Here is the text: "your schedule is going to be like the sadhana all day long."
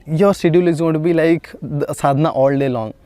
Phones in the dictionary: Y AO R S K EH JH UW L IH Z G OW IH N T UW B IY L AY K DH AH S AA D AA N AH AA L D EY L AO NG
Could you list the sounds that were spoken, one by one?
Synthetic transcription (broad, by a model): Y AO R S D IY UW L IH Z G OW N T UW B IY L AY K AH S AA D N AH AA L D EY L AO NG